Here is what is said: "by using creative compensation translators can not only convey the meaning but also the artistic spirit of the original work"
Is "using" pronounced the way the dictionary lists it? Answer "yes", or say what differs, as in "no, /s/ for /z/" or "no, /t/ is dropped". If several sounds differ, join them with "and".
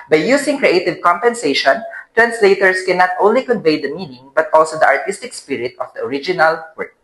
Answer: no, /s/ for /z/